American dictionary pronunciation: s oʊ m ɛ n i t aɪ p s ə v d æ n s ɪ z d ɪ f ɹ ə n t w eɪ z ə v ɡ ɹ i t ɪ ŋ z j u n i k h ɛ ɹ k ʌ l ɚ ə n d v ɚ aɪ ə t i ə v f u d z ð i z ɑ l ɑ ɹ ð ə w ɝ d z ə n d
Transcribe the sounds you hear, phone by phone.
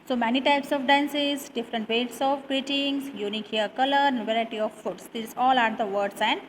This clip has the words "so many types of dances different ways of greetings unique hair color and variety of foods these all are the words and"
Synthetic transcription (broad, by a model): s oʊ m ɛ n i t aɪ p s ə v d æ n s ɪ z d ɪ f ɹ ə n t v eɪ s ə v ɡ ɹ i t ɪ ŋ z j u n i k h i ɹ k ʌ l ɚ ə d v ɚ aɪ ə t i ə v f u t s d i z ɑ l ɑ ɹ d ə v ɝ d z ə n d